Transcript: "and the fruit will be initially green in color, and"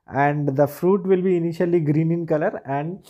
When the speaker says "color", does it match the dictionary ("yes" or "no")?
yes